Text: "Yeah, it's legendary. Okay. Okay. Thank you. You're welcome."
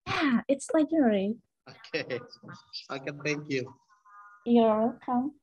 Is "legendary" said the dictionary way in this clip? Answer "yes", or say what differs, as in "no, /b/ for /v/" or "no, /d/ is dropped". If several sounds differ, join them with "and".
no, /dʒ/ is dropped